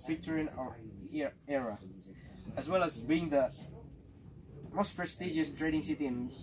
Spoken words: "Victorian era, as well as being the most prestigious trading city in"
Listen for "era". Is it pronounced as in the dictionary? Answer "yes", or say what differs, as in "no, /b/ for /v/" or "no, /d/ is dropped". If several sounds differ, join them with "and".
yes